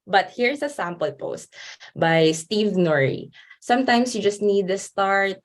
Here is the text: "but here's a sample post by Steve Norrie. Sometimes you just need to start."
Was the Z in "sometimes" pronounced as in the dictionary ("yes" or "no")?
no